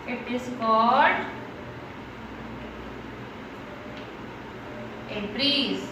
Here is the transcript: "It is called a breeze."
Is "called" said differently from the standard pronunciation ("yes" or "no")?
yes